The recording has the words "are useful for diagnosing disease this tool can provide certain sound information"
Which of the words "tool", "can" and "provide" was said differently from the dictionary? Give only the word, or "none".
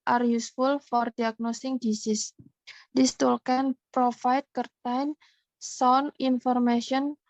provide